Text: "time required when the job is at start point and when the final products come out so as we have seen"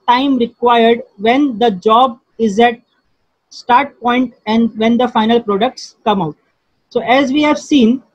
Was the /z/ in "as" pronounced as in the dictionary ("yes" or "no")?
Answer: yes